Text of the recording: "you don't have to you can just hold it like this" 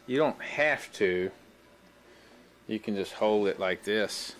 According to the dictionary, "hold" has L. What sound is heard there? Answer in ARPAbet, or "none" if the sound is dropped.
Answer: L